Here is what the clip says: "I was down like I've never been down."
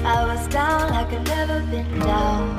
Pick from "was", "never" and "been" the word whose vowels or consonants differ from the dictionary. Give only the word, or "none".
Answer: none